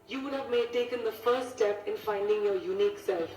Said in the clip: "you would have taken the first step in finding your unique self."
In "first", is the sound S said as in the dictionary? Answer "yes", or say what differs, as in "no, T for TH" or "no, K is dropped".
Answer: no, S is dropped